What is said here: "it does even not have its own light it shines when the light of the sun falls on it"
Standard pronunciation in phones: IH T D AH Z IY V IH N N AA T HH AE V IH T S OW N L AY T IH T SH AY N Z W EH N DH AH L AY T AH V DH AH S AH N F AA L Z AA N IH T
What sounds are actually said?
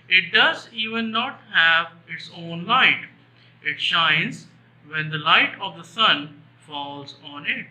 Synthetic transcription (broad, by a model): IH T D AH Z IY V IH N N AA T HH AE V IH T S OW N L AY T IH T SH AY N Z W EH N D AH L AY T AH V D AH S AH N F AA L Z AA N IH T